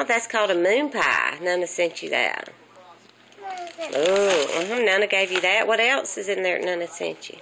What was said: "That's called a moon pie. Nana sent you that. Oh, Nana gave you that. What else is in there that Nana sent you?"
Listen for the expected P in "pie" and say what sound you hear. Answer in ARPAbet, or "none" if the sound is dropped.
P